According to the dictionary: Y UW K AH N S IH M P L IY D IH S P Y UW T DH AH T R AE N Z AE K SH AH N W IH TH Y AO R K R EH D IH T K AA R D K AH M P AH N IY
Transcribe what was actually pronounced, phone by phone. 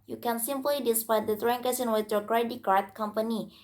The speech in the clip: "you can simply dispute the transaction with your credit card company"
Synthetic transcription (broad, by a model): Y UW K AH N S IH M P L IY D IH S P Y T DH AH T R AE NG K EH SH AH N W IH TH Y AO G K R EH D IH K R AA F K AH M P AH N IY